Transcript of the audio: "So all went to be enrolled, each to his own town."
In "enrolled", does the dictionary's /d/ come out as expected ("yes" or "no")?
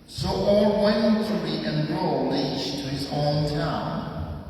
no